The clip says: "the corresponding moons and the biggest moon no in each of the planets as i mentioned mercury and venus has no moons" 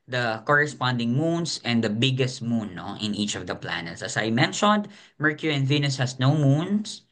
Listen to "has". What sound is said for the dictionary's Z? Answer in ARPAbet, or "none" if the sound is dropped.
S